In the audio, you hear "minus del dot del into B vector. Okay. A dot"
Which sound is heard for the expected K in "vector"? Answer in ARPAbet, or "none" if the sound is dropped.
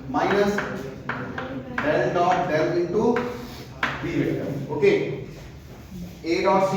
none